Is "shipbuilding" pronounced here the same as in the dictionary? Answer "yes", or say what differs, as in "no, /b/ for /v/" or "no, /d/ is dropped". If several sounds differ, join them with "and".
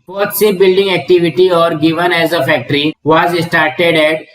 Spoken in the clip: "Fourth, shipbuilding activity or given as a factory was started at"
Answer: no, /p/ is dropped